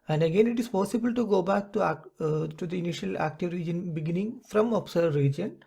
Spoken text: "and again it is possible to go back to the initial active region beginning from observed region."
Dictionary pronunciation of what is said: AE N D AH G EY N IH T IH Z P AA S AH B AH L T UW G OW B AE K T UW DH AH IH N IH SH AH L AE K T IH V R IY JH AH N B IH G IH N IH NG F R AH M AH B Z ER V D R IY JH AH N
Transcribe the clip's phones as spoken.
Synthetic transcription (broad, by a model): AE N D AH G EY N IH T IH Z P AA S AH B AH L T UW G OW B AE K T UW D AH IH N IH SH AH L AE K T IH V R IY JH AH N B IH G IH N IH NG F R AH M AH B S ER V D R IY JH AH N